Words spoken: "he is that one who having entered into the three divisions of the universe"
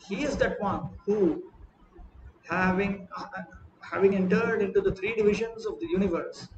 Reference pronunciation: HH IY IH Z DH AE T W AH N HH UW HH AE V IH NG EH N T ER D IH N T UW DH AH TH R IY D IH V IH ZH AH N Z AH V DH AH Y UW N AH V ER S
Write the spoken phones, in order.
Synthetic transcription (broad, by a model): HH IY IH Z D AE T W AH N HH UW HH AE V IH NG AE N T ER D IH N T UW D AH T R IY D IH V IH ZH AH N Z AH V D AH Y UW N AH V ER S